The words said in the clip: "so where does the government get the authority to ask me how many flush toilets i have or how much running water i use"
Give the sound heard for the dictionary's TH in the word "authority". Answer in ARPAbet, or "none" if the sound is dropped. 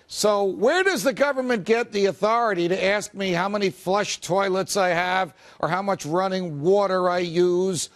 TH